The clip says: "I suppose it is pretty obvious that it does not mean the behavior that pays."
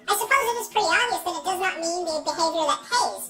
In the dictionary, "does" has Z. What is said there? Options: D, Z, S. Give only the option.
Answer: Z